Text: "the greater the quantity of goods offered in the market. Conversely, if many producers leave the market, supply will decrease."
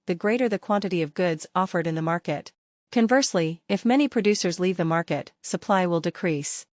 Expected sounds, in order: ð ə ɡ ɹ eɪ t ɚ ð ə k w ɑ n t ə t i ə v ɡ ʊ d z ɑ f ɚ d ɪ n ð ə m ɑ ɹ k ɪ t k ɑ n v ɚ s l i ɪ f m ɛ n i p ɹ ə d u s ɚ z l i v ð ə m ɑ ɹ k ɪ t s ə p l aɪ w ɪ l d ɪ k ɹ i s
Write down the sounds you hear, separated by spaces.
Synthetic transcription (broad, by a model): ð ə ɡ ɹ eɪ t ɚ ð ə k w ɑ n t ə t i ə v ɡ ʊ d z ɑ f ɚ d ɪ n ð ə m ɑ ɹ k ɪ t k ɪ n v ɚ s l i ɪ f m ɛ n i p ɹ ə d u s ɚ z l i v ð ə m ɑ ɹ k ɪ t s ə p l aɪ w ɪ l d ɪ k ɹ i s